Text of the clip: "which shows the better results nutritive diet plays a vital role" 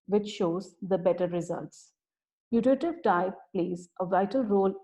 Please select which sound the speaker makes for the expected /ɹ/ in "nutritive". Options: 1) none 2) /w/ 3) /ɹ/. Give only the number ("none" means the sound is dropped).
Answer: 1